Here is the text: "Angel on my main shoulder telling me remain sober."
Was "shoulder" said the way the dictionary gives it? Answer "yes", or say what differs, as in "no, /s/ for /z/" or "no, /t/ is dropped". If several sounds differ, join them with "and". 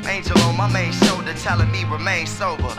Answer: no, /l/ is dropped